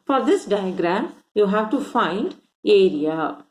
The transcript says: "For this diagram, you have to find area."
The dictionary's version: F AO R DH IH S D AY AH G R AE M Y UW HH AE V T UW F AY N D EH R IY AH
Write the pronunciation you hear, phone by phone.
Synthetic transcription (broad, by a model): F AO R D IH S D AY AH G R AE M Y UW HH AE V T UW F AY N D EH R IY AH